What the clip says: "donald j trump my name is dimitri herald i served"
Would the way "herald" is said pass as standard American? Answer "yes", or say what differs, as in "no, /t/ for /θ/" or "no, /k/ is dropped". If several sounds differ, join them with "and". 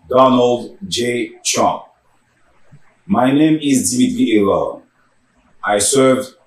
no, /l/ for /ɹ/ and /d/ is dropped